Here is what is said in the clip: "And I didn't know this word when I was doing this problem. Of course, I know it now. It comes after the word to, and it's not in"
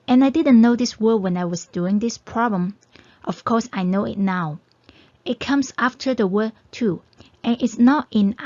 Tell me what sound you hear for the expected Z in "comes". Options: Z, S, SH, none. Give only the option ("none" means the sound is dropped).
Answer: S